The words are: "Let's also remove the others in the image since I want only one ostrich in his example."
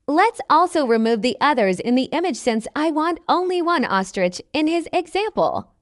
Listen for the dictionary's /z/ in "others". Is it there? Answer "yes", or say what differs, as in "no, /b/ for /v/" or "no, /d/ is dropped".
yes